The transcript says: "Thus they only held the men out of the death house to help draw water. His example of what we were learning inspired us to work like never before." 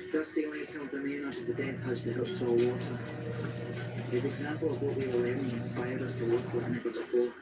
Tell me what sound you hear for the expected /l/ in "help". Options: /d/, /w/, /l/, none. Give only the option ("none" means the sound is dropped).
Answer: none